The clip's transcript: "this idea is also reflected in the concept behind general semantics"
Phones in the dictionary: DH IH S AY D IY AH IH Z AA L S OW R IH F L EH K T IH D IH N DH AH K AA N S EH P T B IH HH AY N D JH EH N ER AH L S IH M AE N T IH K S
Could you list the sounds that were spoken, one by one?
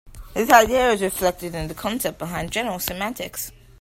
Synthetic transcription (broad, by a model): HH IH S AY D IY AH IH Z R IH F L EH K T IH D IH N DH AH K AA N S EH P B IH HH AY N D JH EH N ER AH L S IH M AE T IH K S